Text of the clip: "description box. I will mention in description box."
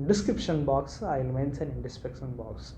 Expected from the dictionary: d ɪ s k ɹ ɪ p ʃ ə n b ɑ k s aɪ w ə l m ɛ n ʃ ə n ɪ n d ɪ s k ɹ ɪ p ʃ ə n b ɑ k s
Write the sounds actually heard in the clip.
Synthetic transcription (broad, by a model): d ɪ s k ɹ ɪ p ʃ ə n b ɑ k s aɪ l m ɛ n s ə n ɪ n d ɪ s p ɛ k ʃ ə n b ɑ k s